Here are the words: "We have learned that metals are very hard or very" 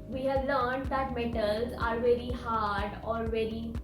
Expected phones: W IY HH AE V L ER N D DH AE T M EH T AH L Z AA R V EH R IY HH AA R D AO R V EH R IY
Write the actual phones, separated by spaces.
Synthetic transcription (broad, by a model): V IY HH AE V L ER N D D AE T M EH T AH L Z AA R V EH R IY HH AA R D AO R V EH R IY